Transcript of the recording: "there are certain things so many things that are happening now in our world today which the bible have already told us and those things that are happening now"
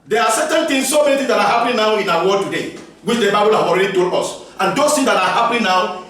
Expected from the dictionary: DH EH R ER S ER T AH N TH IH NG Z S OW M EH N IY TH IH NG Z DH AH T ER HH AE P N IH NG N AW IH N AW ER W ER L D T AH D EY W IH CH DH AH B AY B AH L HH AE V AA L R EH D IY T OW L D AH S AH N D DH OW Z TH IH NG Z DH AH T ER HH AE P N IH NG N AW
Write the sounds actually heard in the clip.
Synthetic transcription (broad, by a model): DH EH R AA S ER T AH N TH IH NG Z S OW M EH N IY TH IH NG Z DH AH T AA HH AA P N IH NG N AW IH N AW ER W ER D T AH D EY W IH CH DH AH B AY B AH L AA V AA L R EH D IY T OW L AH S AH N D OW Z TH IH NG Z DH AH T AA HH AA P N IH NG N AW